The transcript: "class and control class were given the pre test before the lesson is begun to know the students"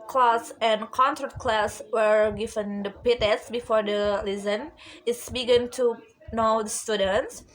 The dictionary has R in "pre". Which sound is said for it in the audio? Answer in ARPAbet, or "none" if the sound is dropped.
none